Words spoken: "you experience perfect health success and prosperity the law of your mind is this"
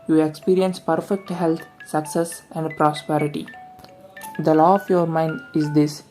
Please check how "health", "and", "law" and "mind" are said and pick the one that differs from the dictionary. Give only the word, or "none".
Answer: health